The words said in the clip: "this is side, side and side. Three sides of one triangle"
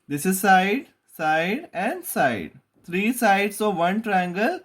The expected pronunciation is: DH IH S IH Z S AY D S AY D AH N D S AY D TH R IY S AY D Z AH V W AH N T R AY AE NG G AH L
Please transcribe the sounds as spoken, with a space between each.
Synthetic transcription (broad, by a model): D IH S IH Z S AY D S AY D AH N D S AY D T R IY S AY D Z AH V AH N T R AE NG G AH L